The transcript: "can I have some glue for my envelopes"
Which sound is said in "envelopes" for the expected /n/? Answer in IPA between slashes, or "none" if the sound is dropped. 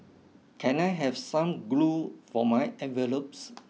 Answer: none